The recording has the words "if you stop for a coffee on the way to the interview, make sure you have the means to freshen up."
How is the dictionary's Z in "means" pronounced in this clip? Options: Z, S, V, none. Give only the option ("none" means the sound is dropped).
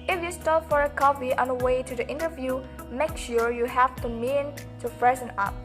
none